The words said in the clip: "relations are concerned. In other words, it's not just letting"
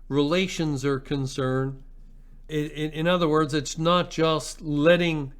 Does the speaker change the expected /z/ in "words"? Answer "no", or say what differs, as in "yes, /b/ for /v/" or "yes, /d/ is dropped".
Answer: no